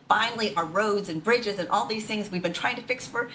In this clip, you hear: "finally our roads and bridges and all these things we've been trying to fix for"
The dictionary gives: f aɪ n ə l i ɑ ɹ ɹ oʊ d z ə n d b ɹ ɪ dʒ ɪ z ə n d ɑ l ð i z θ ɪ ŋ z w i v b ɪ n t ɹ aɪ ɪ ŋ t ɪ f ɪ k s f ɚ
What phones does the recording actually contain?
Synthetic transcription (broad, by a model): f aɪ n l i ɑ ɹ ɹ oʊ d z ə n b ɹ ɪ dʒ ɪ z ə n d ɑ l ð i z θ ɪ ŋ z w i v b ɪ n t ɹ aɪ ɪ ŋ t ɪ f ɪ k s f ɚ